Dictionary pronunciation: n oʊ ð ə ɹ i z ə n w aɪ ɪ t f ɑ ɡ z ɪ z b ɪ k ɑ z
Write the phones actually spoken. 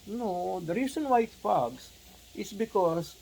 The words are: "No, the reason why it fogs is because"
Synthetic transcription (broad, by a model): n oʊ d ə ɹ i s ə n w aɪ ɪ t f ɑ ɡ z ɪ s b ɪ k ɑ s